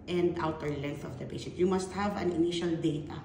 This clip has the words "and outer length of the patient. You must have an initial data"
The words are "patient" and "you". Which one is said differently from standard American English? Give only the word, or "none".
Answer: patient